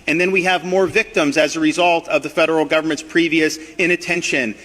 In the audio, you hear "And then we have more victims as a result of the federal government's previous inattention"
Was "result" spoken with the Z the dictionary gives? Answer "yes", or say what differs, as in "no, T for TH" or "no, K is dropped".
yes